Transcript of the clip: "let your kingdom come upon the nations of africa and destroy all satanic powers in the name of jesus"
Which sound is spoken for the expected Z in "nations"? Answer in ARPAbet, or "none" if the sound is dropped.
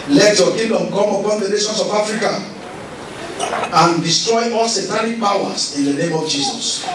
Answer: S